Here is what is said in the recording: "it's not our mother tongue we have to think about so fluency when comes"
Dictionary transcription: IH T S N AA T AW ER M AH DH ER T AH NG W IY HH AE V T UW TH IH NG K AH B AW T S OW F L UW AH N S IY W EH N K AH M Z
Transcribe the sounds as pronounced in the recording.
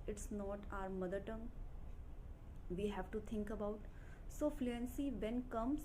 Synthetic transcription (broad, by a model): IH T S N AA T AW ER M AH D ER T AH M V IY HH AE V T UW T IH NG K AH B AW T S OW F L UW AH N S IY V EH N K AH M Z